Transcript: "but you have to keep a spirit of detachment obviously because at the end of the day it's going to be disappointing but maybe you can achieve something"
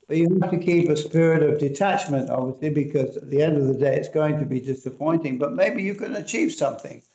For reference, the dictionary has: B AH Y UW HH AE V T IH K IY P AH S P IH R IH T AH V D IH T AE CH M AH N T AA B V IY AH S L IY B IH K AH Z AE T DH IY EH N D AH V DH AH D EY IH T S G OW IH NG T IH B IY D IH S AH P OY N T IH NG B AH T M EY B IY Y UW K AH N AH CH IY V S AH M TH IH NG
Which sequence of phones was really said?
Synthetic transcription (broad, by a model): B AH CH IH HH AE F T IH K IY P AH S P IH R IH T AH V D IH T AE CH M AH N T AA B V IY AH S L IY B IH K AH Z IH T DH IY EH N D AH V DH AH D EY IH T S G OW IH NG T IH B IY D IH S AH P OY N T IH NG B AH T M EY B IY Y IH K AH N AH CH IY V S AH M TH IH NG